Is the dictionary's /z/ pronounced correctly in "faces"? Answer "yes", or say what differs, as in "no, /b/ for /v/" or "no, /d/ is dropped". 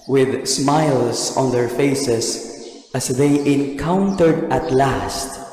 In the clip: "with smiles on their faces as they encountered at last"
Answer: no, /s/ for /z/